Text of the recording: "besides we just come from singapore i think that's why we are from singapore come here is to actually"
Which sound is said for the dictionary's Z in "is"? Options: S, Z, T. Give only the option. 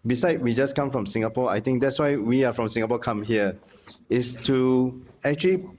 S